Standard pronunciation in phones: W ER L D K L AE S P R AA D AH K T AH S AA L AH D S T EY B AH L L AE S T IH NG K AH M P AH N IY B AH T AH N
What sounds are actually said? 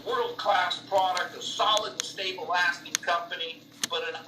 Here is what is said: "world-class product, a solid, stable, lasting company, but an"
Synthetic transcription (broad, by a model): W ER L D K L AE S P R AA D AH K T AH S AA L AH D S T EY AH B L AE S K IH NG K AH M P AH N IY B AH T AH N